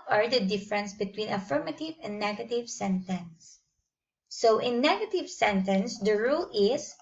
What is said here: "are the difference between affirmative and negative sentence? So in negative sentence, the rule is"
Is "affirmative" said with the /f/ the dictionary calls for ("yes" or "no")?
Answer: yes